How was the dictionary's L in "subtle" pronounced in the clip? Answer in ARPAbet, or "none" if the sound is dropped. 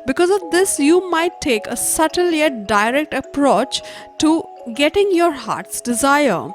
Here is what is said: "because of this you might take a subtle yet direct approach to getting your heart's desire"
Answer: L